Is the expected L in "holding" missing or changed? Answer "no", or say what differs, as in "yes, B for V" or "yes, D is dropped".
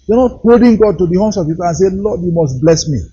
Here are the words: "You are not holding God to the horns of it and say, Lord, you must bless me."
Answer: yes, L is dropped